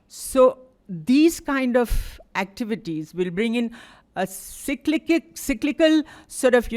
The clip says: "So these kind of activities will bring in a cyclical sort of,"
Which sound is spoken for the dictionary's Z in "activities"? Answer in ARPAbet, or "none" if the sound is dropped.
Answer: Z